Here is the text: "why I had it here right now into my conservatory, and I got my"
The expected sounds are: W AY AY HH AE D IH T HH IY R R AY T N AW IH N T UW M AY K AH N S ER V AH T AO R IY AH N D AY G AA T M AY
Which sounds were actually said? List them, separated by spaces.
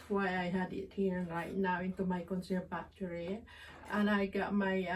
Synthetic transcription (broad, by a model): W AY AY HH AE D IH T HH IY R R AY T N AW IH N T UW M AY K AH N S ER B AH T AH R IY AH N AY G AA T M AY